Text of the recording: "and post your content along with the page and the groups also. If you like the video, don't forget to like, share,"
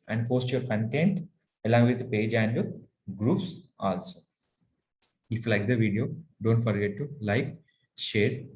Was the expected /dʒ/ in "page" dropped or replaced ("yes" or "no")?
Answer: no